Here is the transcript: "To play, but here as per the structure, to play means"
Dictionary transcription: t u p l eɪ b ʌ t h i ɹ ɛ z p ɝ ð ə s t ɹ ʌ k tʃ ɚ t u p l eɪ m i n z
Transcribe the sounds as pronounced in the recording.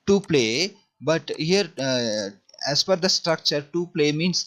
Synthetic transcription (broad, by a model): t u p l eɪ b ʌ t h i ɹ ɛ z f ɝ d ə s t ɹ ʌ k tʃ ɚ t u p l eɪ m i n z